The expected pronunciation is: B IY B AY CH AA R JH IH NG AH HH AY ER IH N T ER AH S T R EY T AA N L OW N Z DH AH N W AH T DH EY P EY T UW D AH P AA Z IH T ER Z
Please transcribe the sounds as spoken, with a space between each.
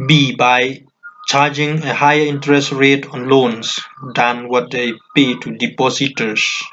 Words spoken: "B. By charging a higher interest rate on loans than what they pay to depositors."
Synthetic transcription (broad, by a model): B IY B AY CH AA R JH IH NG AH HH AY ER IH N T ER AH S T R EY T AA N L OW N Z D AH N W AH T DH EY P EY T UW D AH P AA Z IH T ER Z